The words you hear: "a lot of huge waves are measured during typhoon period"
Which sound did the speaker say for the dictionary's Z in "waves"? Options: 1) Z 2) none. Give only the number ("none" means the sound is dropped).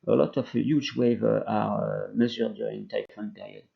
2